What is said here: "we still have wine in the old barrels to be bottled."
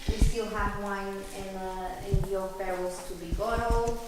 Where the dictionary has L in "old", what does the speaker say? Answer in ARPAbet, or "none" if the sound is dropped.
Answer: N